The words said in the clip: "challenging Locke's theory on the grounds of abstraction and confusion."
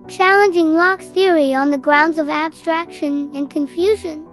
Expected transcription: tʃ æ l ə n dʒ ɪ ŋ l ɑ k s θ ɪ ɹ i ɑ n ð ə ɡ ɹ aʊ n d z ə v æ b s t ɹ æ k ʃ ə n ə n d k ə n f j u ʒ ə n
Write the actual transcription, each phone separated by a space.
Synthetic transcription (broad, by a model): tʃ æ l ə n dʒ ɪ ŋ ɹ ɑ k θ ɪ ɹ i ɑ n ð ə ɡ ɹ aʊ n d z ə v æ b s t ɹ æ k ʃ ə n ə n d k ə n f j u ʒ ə n